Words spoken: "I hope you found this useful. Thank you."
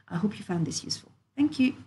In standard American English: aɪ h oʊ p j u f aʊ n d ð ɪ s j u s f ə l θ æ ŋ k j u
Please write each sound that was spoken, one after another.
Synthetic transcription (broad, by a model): aɪ h oʊ p j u f aʊ n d ð ɪ s j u s f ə l θ æ ŋ k j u